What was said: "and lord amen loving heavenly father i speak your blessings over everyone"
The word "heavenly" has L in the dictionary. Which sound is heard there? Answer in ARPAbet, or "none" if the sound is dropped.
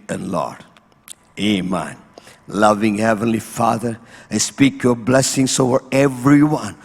L